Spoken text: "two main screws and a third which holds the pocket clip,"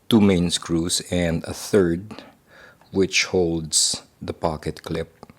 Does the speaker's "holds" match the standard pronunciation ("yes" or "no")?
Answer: no